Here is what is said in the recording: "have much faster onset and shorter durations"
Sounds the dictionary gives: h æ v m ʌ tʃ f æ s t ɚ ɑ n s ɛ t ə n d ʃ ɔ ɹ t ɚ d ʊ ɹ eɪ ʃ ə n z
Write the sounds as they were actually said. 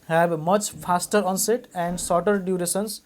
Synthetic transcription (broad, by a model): h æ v m ʌ tʃ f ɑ s t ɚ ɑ n s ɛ t ə n d s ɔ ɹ t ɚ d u ɹ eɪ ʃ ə n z